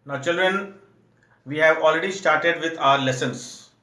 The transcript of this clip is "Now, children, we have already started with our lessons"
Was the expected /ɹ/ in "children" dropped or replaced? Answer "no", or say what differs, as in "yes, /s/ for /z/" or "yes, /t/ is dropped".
no